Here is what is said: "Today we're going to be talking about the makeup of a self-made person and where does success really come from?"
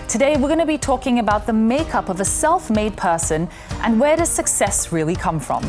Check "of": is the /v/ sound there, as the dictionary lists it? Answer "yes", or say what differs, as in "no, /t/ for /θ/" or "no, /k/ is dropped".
yes